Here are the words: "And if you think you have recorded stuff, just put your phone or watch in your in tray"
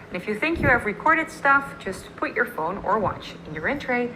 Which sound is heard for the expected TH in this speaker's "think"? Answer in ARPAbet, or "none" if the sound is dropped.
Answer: TH